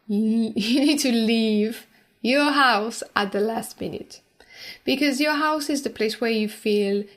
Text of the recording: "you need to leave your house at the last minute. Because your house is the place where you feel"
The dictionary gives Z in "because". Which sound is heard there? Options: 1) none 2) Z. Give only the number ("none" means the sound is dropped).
2